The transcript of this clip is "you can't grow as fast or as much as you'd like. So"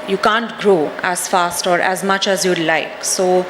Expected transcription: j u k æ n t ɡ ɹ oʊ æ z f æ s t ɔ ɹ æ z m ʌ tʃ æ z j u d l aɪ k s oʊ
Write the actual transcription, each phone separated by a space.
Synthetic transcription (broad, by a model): j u k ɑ n t ɡ ɹ oʊ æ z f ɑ s t ɔ ɹ æ z m ʌ tʃ æ z j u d l aɪ k s oʊ